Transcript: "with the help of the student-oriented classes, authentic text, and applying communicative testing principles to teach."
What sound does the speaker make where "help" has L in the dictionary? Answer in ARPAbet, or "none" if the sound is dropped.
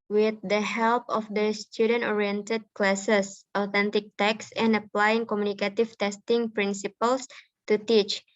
L